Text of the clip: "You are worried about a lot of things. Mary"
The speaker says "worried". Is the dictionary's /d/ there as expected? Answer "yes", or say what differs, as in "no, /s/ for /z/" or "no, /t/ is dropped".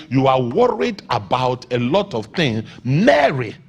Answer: yes